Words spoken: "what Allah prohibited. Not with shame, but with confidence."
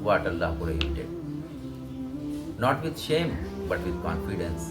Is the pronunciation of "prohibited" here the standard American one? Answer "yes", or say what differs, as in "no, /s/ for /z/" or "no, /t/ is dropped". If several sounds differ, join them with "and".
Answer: no, /ɹ/ is dropped and /b/ is dropped